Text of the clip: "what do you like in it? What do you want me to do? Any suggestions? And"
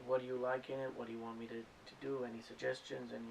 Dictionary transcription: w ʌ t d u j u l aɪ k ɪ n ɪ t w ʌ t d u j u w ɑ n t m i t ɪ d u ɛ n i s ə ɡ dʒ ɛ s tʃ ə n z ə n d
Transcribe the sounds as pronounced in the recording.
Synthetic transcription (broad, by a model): w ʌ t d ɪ j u l aɪ k ɪ n ɪ t w ʌ t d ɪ j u w ɑ n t m i t ɪ d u ɛ n i s ə ɡ dʒ ɛ s tʃ ə n z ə n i